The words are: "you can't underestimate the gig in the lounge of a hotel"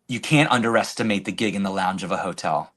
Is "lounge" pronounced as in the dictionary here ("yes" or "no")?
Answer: yes